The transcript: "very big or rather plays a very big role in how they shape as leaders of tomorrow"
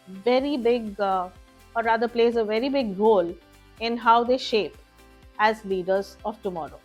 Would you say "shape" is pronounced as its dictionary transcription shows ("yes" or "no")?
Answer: yes